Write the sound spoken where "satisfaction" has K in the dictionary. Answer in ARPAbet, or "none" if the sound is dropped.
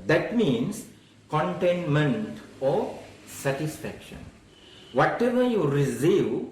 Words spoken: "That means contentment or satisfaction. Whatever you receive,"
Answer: K